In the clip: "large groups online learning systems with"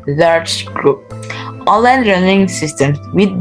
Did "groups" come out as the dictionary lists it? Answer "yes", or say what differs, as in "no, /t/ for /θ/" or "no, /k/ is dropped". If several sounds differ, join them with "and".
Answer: no, /s/ is dropped